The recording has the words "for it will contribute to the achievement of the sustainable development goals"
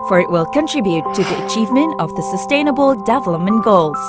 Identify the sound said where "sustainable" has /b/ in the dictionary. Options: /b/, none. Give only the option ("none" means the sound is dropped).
/b/